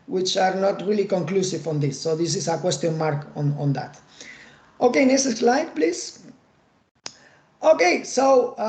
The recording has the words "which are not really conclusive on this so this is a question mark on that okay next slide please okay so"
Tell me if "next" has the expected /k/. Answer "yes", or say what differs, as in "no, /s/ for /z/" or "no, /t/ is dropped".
no, /k/ is dropped